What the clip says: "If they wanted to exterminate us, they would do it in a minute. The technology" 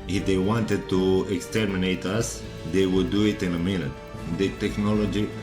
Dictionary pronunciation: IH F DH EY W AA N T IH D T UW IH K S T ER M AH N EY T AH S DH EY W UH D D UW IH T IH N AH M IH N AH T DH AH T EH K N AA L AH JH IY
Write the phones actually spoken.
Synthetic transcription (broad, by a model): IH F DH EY W AA N T IH D T UW IH K S T ER M AH N EY T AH S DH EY W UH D D UW IH T IH N AH M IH L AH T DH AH T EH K N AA L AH JH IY